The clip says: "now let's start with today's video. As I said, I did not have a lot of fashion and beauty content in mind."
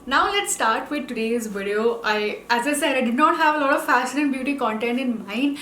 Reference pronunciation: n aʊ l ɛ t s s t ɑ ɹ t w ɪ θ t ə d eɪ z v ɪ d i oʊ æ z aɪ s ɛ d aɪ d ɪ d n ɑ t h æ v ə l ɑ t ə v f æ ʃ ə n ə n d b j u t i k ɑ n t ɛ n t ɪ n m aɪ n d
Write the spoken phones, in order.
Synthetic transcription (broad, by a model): n aʊ l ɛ t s s t ɑ ɹ t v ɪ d t ə d eɪ z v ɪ d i oʊ æ z aɪ s ɛ d aɪ d ɪ d n ɑ t h æ v ə l ɑ t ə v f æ s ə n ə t b j u t i k ɑ n t ɛ n t ɪ n m aɪ n